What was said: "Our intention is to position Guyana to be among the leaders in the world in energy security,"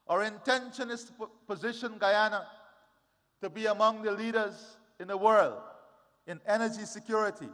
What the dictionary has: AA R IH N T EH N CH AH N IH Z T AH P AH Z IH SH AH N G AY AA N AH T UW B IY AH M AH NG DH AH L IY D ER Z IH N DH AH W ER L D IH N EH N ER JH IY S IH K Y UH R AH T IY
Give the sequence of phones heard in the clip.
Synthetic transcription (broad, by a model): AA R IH N T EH N SH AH N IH S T P AH Z IH SH AH N G AY AA N AH T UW B IY AH M AH NG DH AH L IY D ER Z IH N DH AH W ER L D IH N EH N ER JH IY S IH K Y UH R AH T IY